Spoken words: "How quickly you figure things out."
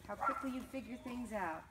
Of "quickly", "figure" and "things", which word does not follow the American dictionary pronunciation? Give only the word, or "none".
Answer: none